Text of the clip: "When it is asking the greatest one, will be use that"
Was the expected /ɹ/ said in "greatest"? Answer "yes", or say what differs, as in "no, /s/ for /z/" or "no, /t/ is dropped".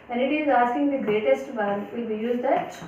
yes